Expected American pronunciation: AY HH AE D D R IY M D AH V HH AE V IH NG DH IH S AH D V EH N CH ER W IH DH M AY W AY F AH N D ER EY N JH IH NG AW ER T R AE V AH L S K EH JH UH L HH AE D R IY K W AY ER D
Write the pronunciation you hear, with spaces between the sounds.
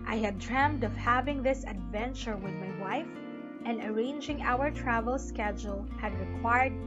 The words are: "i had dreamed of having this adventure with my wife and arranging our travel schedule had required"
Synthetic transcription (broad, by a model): AY HH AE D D R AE M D AH V HH AE V IH NG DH IH S AH D V EH N CH ER W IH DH M AY W AY F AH N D ER EY N JH IH NG AW ER T R AE V AH L S K EH JH UH L HH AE D R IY K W AY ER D